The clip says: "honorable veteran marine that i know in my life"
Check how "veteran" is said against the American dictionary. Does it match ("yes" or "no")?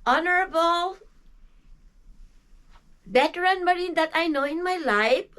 no